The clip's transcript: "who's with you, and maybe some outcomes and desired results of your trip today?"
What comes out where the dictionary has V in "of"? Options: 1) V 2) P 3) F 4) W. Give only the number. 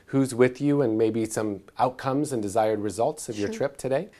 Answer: 1